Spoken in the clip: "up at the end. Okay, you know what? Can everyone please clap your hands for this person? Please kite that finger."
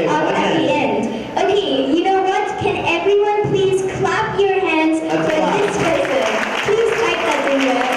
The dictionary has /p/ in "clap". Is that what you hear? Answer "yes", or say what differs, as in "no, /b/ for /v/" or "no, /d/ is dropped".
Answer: yes